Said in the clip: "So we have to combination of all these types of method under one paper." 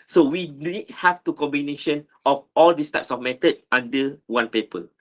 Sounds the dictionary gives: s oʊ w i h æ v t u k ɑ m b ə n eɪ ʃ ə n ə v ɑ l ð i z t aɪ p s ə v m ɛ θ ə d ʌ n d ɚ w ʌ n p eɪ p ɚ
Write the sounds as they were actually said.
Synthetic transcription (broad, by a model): s oʊ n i h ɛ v t u k ɑ m b ə n eɪ ʃ ə n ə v ɑ l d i s t aɪ p s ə f m ɛ t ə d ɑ n d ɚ w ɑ n p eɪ p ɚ